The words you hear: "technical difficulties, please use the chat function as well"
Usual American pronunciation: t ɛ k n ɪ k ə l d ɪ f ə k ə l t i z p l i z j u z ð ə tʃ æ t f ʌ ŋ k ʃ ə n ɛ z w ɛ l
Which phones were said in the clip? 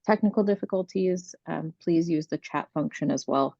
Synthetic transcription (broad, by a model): t ɛ k n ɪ k l d ɪ f ə k ə l t i z p l i z j u z ð ə tʃ æ t f ʌ ŋ k ʃ ə n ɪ z w ɛ l